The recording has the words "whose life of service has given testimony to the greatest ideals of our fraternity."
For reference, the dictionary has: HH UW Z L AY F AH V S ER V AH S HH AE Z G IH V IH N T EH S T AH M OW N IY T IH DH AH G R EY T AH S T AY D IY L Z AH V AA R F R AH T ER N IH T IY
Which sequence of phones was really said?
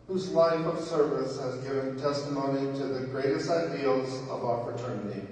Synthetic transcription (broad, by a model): HH UW Z L AY F AH V S ER V AH S HH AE Z G IH V IH N T EH S T AH M OW N IY T IH DH AH G R EY T AH S T AY D IY L Z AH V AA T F R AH T ER N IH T IY